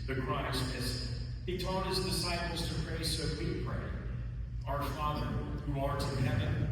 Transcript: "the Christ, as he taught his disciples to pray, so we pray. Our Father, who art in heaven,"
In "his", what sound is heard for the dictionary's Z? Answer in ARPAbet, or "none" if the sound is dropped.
Z